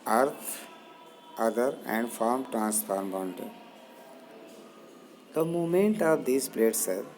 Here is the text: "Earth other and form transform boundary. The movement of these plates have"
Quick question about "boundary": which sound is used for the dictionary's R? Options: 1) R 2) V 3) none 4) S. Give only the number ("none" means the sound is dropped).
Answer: 3